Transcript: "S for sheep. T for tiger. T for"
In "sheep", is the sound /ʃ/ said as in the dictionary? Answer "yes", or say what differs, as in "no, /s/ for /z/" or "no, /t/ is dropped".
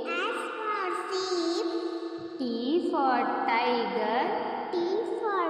no, /s/ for /ʃ/